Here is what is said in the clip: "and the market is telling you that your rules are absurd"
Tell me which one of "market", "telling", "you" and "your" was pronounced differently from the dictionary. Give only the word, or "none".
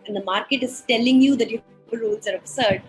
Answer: your